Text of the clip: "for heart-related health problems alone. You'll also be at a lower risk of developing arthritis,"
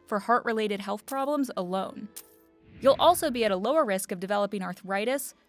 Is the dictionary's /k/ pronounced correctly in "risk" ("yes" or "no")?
yes